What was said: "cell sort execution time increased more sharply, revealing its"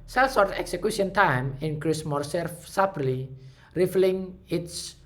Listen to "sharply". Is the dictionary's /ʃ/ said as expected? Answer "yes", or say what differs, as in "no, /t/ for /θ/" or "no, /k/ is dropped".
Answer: no, /s/ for /ʃ/